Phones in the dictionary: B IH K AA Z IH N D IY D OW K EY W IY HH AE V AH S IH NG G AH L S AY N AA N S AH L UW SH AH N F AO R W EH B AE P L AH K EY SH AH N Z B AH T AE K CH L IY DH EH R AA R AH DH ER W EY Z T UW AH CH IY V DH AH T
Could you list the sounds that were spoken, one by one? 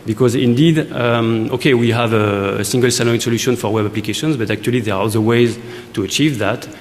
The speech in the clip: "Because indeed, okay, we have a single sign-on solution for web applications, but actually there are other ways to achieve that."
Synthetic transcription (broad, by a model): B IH K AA Z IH N D IY D OW K EY W IY HH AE V AH S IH NG G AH L S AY L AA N S AH L UW SH AH N F AO R W EH B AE P L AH K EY SH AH N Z B AH T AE K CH L IY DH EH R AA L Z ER W EY Z T UW AH CH IY V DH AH T